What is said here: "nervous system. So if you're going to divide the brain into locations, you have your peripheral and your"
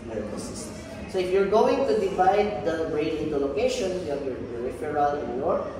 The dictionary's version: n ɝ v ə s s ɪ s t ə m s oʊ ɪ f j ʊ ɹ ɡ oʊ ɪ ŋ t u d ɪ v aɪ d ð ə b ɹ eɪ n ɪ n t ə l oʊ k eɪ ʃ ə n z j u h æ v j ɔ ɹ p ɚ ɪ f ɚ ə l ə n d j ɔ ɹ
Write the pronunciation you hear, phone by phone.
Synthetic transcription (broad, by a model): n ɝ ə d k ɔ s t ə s s oʊ ɪ f j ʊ ɹ ɡ oʊ ɪ ŋ t u d ɪ v aɪ d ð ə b ɹ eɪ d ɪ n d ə l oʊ k eɪ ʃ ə n j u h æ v j ɔ ɹ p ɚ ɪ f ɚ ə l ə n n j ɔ ɹ